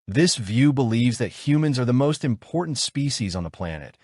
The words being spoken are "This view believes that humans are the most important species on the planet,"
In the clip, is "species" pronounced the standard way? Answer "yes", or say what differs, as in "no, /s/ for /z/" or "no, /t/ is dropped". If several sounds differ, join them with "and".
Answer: yes